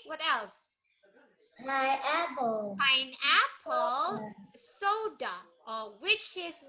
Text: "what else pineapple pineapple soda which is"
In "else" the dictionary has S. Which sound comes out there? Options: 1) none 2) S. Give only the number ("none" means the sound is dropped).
2